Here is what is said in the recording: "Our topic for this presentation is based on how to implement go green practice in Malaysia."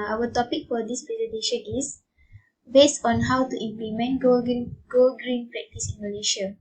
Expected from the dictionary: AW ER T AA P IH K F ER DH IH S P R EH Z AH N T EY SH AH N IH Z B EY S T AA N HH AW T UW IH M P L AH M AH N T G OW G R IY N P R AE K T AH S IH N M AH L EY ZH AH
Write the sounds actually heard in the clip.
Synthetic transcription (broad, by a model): AW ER T AA P IH K F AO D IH S P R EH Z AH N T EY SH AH N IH S B EY S T AA N HH AW T UW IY M P L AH M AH N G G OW G R IY N P R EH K T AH S IH N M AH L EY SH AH